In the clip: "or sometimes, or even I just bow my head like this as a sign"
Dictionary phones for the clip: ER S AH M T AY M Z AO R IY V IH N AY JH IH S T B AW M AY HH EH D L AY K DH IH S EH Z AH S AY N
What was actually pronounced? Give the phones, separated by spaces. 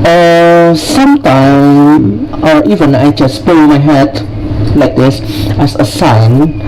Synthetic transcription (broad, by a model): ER S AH M T AY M AO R IY V IH N AY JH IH S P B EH M AY HH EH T L AY K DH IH S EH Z AH S AY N